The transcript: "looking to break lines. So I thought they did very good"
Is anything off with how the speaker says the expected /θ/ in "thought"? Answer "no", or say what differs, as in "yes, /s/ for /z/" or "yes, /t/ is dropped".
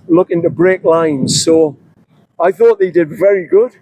no